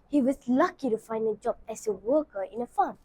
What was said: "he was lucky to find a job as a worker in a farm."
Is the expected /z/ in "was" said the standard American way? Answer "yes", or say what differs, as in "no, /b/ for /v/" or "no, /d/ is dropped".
no, /s/ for /z/